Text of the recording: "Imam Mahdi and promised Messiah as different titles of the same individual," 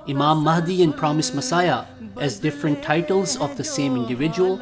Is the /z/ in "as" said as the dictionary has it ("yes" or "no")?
yes